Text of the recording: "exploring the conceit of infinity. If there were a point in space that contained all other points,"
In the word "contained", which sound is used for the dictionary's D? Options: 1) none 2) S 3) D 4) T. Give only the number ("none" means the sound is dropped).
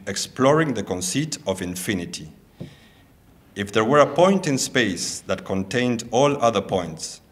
3